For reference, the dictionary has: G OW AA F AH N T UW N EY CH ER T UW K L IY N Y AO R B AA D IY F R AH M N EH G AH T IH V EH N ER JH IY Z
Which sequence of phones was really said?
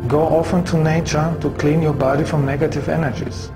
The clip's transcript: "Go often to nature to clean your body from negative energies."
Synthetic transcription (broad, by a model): G OW AA F AH N T UW N EY CH ER T UW K L IY N Y AO R B AA D IY F R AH M N EH G AH T IH V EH N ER JH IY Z